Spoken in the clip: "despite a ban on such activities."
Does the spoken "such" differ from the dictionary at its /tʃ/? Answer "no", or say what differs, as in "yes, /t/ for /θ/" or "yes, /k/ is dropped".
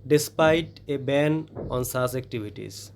yes, /s/ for /tʃ/